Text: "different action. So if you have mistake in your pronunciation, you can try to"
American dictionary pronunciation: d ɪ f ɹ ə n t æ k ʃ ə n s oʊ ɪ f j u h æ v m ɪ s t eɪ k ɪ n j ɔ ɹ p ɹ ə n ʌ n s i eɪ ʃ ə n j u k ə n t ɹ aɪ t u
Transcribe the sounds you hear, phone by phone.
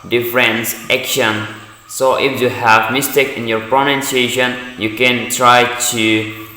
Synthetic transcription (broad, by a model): d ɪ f ɹ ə n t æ k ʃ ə n s oʊ ɪ f j u h æ v m ɪ s t eɪ k ɪ n j ɔ ɹ p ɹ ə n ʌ n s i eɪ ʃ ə n j u k ə n t ɹ aɪ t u